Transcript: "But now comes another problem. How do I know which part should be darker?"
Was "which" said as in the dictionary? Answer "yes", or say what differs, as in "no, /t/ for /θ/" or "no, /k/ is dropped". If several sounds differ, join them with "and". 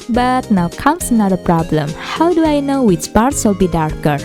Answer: no, /s/ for /tʃ/